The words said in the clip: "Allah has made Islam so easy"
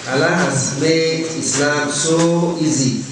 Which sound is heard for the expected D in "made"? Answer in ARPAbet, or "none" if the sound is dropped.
none